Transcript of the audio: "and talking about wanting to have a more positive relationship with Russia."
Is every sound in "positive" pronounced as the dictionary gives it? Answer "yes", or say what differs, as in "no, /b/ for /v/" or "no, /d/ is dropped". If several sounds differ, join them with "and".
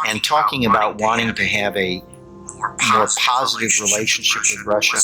yes